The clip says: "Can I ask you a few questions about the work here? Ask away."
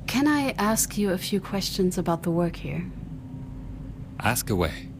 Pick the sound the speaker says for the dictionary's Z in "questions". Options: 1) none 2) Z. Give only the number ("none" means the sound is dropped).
2